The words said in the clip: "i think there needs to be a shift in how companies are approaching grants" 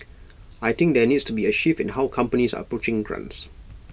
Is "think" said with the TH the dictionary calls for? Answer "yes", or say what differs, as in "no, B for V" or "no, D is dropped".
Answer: no, T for TH